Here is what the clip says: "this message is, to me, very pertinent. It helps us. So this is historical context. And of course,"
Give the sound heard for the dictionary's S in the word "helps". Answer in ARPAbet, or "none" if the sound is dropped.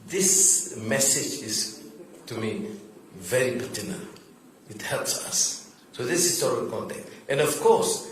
S